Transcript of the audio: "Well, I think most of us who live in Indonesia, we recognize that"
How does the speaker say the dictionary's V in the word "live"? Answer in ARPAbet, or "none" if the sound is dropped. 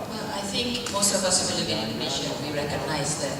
B